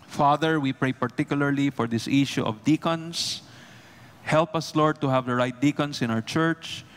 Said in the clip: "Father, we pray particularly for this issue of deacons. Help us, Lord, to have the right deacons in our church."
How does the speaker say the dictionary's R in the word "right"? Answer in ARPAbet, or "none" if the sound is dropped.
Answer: R